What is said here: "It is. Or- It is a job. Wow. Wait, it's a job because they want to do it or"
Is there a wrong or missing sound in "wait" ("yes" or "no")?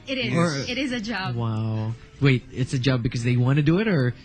no